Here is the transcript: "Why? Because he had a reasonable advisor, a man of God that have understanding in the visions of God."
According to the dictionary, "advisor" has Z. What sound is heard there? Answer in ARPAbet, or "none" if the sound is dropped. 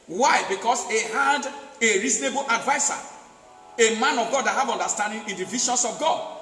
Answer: S